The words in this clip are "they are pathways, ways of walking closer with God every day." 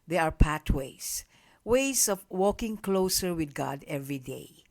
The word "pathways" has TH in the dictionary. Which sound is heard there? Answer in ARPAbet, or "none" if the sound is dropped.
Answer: T